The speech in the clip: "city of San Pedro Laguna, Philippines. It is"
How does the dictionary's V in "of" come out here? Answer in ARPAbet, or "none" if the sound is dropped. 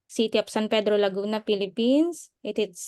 P